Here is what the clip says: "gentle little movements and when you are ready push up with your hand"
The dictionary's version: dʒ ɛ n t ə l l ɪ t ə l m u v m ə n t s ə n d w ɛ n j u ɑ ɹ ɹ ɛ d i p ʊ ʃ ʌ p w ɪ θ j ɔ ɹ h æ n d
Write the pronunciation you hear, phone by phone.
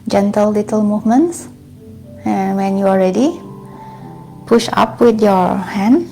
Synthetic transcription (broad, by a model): dʒ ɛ n t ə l l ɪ t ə l m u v m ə n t s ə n w ɛ n j u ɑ l ɹ ɛ d i p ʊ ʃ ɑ p w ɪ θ j ɔ ɹ h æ n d